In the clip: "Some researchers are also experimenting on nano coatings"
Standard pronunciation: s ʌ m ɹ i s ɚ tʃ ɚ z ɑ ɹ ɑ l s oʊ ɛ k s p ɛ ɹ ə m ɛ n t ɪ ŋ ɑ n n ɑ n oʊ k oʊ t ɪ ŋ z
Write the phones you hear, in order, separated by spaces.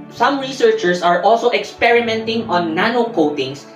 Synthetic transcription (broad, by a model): s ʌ m ɹ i s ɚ tʃ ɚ s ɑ ɹ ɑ l s oʊ ɛ k s p ɛ ɹ ə m ɛ n t ɪ ŋ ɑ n n ɑ n oʊ k oʊ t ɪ ŋ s